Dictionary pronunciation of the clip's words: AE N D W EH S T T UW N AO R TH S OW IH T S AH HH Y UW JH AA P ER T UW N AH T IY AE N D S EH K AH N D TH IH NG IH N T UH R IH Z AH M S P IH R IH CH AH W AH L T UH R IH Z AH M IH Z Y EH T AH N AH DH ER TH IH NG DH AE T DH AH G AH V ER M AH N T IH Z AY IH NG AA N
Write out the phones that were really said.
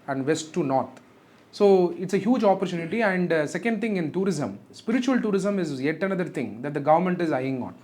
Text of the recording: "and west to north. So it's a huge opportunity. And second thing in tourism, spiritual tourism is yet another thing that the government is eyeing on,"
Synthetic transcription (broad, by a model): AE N D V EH S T T UW N AO R T S OW IH T S AH HH Y UW JH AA P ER T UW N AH T IY AE N D S EH K AH N D T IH NG IH N T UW R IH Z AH M S P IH R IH CH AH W AH L T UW R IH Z AH M IH Z Y EH T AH N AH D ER T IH NG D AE T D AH G AH V ER M AH N T IH Z AY IH NG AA N